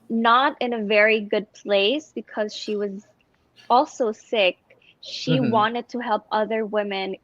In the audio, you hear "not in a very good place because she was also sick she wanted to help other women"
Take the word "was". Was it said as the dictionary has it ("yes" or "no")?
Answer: yes